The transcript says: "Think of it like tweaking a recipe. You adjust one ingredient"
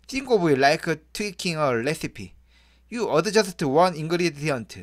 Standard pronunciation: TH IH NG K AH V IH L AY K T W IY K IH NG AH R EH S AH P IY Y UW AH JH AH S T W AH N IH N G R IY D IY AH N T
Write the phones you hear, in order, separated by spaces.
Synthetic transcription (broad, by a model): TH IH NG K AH B IH L AY K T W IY K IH NG AH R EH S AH P IY Y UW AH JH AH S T W AH N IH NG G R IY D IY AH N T